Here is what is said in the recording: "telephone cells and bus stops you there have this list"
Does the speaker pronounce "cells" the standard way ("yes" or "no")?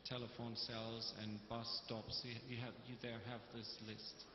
yes